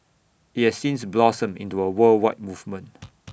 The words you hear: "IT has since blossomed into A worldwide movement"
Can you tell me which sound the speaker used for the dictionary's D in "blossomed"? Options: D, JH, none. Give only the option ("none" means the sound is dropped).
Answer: none